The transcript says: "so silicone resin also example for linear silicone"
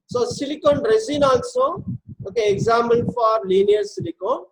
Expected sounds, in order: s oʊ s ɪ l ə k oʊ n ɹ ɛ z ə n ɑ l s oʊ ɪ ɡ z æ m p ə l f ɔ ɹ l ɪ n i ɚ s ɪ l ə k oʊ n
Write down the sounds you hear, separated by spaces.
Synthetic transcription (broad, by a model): s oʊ s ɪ l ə k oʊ n ɹ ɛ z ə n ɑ n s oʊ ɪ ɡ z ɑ m ə n f ɔ ɹ l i n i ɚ s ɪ l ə k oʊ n